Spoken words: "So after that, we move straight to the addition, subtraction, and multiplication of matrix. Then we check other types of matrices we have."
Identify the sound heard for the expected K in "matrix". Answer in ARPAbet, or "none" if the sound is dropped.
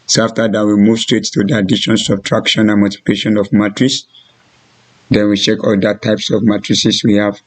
none